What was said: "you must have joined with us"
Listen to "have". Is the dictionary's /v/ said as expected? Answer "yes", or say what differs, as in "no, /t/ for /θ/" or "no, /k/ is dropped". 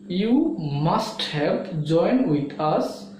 no, /p/ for /v/